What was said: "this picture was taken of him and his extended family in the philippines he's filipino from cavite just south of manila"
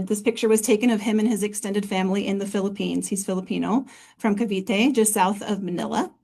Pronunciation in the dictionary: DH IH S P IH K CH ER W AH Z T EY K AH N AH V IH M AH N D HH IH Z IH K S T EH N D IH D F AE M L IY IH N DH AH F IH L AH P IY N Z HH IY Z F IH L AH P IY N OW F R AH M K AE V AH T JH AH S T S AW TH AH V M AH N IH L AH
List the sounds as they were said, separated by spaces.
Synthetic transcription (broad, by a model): DH IH S P IH K CH ER W AH Z T EY K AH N AH V IH M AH N IH Z IH K S T EH N D IH D F AE M L IY IH N DH AH F IH L AH P IY N Z HH IY Z F IH L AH P IY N OW F R AH M K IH V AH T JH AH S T S AW TH AH V M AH N IH L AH